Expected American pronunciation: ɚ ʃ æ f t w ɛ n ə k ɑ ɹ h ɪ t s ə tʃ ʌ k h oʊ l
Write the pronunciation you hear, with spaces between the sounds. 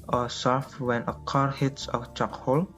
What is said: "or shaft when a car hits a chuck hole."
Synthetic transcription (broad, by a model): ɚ s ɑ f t w ɛ n ə k ɑ ɹ h ɪ t s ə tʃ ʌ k h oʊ l